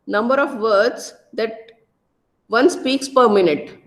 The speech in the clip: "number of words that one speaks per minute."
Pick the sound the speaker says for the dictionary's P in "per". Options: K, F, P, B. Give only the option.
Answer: P